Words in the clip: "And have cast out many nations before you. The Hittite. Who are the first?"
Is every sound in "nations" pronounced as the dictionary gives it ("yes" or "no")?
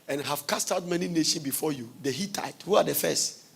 no